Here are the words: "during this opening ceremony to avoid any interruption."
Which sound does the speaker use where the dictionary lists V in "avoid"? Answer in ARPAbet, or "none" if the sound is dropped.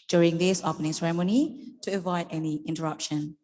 V